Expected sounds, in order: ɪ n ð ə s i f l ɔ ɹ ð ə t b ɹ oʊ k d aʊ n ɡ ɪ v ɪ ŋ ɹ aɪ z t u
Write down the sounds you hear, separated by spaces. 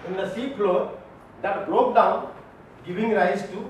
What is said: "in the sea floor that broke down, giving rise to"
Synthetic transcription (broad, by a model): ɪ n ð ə s i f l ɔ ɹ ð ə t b l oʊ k d aʊ n ɡ ɪ v ɪ ŋ ɹ aɪ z t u